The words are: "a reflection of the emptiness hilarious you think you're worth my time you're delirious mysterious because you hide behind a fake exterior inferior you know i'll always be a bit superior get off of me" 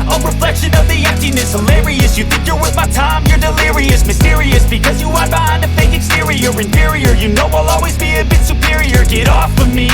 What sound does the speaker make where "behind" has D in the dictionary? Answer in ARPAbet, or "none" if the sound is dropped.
none